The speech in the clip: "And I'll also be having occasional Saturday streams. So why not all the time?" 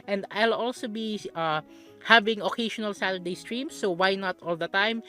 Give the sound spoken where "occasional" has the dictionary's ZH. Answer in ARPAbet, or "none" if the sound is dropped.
SH